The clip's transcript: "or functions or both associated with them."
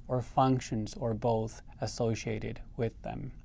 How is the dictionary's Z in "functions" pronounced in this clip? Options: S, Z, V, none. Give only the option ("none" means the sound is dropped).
Z